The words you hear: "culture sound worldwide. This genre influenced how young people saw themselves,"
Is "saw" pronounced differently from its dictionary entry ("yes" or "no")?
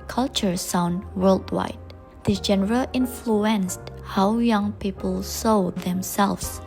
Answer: no